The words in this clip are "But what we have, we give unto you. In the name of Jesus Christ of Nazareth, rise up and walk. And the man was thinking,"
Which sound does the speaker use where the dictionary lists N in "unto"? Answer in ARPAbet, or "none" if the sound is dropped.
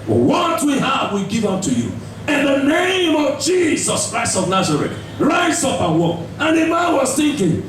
none